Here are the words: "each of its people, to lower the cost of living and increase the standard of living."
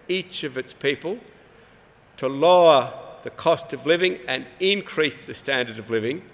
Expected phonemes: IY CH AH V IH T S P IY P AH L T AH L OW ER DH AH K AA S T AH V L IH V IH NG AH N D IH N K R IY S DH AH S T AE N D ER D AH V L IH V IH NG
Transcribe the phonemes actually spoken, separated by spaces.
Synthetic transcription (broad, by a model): IY CH AH V IH T S P IY P AH L T AH L OW ER DH AH K AA S T AH V L IH V IH NG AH N IH N K R IY S DH AH S T AE N D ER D AH V L IH V IH NG